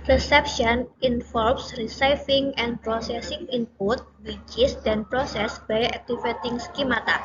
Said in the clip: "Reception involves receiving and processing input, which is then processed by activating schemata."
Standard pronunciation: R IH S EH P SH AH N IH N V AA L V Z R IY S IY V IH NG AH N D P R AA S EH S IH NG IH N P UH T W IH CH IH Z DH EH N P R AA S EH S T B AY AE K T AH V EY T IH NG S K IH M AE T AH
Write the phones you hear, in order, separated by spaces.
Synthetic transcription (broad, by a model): R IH S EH P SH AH N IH N F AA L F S R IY S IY F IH NG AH N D P R AA S EH S IH NG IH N P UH T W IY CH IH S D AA N P R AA S EH S B AY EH K T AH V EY T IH NG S K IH M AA T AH